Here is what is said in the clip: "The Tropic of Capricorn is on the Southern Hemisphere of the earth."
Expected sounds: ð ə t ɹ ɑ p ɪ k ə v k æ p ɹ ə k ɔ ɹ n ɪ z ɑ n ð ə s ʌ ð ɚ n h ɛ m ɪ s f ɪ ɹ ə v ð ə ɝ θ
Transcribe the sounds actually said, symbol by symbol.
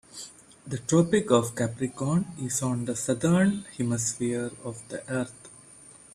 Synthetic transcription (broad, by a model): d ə t ɹ ɑ p ɪ k ə v k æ p ɹ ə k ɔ n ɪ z ɑ n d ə s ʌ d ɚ n h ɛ m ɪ s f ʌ ɹ ə v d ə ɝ t